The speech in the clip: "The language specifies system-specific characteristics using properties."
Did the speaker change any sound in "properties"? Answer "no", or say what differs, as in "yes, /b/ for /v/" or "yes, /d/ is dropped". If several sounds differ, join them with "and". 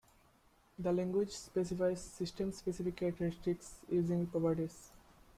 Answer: yes, /ɹ/ is dropped